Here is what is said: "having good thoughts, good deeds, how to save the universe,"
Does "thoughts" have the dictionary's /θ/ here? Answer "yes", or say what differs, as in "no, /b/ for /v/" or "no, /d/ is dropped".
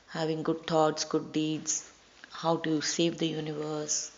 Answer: no, /t/ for /θ/